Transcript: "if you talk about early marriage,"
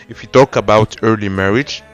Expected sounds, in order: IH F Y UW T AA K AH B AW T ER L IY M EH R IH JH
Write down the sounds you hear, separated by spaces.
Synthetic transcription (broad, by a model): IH F Y UW T AA K AH B AW T ER L IY M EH R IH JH